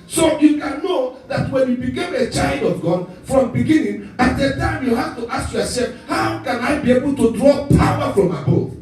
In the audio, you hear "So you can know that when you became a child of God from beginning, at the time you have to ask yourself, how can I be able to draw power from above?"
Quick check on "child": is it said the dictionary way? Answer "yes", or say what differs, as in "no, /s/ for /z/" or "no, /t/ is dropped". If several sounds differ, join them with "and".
yes